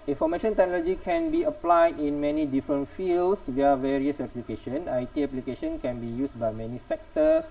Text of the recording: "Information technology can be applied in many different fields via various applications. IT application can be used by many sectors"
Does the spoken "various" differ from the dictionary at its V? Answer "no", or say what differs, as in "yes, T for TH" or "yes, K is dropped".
no